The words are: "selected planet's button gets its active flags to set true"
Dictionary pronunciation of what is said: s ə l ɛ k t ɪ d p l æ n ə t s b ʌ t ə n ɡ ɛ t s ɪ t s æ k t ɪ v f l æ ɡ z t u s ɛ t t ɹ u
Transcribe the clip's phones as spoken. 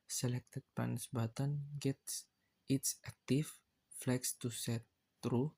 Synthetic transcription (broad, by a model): s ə l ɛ k t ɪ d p ɑ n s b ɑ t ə n ɡ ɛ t s ɪ t s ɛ k t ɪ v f l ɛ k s t u s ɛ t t ɹ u